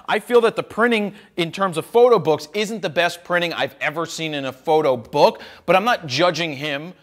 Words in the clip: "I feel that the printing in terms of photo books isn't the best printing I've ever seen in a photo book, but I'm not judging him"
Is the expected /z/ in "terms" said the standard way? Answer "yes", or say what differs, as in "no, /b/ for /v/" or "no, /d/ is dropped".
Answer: yes